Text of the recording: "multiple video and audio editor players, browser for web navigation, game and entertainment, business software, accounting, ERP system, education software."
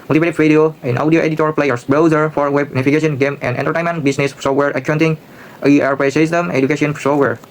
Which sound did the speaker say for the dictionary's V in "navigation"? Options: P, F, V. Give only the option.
F